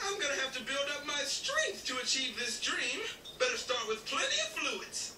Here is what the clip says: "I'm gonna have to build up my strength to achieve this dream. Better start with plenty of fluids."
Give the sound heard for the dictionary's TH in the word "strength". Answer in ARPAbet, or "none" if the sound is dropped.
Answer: TH